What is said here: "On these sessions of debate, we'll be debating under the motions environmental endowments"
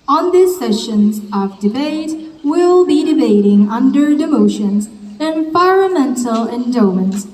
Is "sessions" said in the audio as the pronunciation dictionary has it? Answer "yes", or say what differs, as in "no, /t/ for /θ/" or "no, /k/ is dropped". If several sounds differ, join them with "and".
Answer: yes